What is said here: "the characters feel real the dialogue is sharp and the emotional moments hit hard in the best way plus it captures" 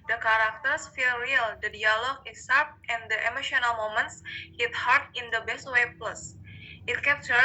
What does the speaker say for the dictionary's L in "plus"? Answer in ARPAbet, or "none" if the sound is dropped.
L